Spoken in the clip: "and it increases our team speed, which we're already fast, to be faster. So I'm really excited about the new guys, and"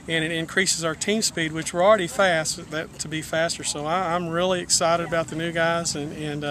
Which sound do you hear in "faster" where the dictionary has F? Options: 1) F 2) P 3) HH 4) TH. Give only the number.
1